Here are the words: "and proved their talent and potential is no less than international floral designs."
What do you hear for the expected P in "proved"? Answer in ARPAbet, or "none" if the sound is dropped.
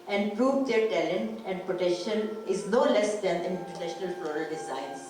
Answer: P